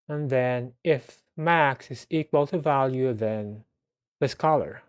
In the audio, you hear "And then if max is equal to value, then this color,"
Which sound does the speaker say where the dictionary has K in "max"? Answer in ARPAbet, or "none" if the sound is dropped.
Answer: K